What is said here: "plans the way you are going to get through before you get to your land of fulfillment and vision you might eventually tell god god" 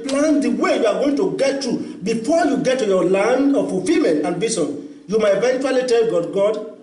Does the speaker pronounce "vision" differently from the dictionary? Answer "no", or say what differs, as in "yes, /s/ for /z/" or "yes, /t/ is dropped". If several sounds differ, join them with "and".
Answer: yes, /s/ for /ʒ/